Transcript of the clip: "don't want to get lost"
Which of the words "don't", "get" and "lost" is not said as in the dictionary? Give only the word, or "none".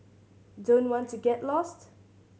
none